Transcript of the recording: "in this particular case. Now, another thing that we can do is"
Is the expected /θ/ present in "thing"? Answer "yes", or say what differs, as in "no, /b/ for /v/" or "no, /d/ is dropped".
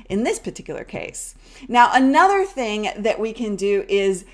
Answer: yes